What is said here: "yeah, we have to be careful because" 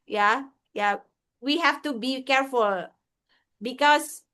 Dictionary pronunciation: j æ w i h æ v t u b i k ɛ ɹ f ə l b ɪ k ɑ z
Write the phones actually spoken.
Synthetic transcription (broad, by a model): j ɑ w i h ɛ f t u b i k ɛ ɹ f ə l b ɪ k ɑ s